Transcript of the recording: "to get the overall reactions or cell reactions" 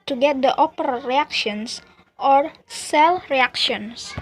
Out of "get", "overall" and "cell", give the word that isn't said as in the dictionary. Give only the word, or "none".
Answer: overall